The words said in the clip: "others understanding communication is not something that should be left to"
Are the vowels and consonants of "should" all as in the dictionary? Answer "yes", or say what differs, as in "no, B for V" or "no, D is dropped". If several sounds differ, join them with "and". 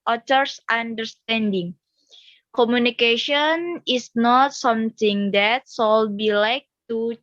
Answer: no, S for SH